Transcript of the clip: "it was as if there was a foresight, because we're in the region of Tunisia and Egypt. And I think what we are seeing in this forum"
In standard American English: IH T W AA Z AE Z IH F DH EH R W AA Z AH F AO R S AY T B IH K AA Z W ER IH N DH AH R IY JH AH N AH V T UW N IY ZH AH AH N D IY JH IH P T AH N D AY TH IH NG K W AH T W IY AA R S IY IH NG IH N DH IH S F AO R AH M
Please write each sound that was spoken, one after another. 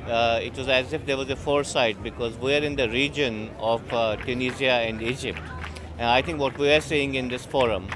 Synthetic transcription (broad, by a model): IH T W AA Z AE Z IH F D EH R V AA Z AH F AO R S AY T B IH K AA Z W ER IH N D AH R IY JH AH N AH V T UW N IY Z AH AH N D IY JH IH P T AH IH T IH NG K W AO T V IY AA R S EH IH NG IH N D IH S F AO R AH M